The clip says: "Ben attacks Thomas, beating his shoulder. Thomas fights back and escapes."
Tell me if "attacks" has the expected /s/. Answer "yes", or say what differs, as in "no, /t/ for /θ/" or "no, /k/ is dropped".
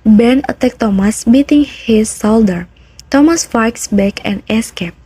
no, /s/ is dropped